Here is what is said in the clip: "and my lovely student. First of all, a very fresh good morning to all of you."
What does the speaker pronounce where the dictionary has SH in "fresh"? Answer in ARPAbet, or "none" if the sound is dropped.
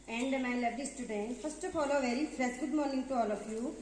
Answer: S